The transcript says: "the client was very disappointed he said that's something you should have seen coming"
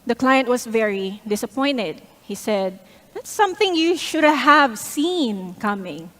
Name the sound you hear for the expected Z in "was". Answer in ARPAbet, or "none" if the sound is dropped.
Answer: S